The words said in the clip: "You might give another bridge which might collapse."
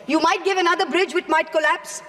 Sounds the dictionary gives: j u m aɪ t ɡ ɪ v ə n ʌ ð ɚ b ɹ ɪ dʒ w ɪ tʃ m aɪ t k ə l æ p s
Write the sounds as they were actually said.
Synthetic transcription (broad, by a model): j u m aɪ t ɡ ɪ v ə n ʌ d ɚ b ɹ ɪ dʒ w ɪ tʃ m aɪ t k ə l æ p s